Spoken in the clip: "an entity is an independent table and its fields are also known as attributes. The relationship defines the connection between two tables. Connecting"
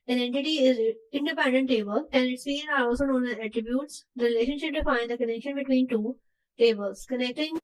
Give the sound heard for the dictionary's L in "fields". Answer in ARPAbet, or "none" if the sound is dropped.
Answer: none